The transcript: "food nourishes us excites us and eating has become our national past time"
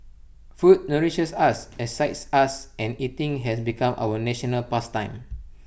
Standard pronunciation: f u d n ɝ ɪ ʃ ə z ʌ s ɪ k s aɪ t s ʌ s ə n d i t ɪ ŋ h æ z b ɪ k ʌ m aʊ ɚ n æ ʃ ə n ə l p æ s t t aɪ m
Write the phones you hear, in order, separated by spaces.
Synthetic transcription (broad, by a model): f u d n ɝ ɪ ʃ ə s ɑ s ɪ s aɪ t s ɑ s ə n i t ɪ ŋ h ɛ s b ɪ k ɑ m aʊ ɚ n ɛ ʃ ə n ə l p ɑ s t t aɪ m